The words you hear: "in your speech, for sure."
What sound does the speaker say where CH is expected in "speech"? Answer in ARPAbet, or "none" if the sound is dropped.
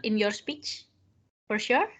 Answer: CH